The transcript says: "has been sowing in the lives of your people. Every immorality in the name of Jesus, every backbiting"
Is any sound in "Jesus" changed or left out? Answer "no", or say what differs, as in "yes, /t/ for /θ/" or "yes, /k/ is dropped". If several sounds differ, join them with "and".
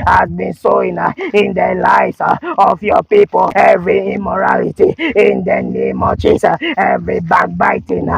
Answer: yes, /s/ is dropped